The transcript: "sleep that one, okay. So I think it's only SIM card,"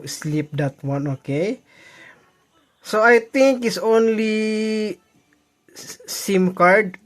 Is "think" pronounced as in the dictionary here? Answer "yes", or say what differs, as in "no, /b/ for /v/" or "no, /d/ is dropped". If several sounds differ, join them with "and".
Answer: no, /t/ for /θ/